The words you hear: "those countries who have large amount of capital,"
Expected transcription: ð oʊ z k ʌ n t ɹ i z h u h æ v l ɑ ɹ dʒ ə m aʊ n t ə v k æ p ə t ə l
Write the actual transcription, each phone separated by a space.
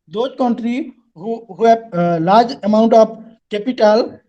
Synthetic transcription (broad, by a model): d oʊ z k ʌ n t ɹ i h u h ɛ b l ɑ ɹ dʒ ə m aʊ n t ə p k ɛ p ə t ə l